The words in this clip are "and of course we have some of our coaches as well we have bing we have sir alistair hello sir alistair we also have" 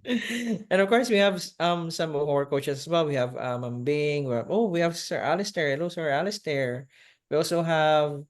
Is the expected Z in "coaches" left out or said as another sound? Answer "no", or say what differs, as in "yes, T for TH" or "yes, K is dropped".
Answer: yes, S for Z